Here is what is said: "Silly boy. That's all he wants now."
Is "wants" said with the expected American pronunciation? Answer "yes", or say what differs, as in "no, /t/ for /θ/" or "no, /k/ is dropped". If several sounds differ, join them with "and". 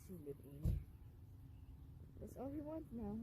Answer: no, /s/ is dropped